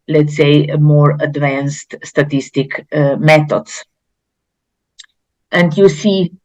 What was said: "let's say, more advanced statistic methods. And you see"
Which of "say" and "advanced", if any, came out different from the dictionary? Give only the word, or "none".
none